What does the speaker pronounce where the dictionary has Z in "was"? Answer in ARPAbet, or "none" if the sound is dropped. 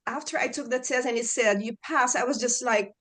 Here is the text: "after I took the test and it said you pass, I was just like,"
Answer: Z